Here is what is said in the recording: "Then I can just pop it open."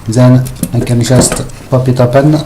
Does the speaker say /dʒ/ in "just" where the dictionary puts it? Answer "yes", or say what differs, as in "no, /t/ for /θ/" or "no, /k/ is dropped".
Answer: no, /ʃ/ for /dʒ/